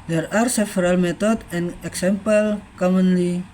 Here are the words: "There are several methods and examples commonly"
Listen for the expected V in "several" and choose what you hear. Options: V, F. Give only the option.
F